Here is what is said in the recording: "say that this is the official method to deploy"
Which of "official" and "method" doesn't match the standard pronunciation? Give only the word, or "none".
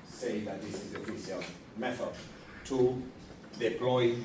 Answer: official